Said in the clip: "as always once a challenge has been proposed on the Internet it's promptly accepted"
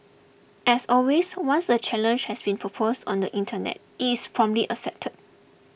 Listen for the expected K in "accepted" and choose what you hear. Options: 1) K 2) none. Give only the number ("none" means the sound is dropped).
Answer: 2